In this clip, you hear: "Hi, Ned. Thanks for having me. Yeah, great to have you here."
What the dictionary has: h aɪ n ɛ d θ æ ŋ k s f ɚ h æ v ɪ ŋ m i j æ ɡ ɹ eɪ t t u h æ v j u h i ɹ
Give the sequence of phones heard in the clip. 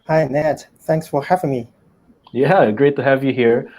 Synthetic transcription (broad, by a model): h aɪ n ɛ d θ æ ŋ k s f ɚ h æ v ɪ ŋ m i j æ ɡ ɹ eɪ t t u h æ v j u h i ɹ